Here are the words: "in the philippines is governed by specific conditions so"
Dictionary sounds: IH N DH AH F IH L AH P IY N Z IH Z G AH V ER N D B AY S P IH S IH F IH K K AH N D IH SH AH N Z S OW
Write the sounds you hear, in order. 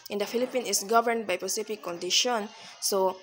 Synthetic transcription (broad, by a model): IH N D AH F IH L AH P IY N IH S G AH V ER N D B AY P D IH S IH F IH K K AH N D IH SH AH N S OW